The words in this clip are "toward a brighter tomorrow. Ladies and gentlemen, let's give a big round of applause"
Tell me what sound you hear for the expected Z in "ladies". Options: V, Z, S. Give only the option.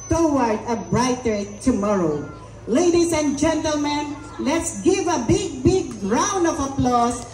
S